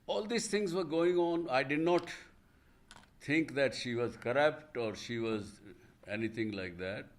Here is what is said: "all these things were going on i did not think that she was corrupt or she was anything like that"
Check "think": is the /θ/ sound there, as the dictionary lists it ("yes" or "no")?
no